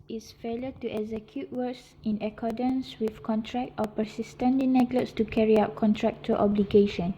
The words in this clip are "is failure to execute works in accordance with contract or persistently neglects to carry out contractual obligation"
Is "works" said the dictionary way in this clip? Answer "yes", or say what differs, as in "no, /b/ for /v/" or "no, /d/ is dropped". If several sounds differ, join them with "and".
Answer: no, /k/ is dropped